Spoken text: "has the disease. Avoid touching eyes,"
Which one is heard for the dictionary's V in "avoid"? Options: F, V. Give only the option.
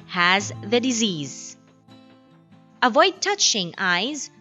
V